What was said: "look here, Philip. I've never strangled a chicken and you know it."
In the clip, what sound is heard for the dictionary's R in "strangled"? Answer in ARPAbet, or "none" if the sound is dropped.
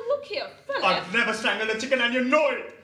none